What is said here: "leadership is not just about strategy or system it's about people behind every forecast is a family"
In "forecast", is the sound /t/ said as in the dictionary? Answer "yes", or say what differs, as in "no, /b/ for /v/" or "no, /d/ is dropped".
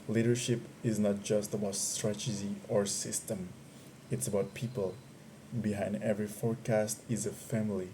yes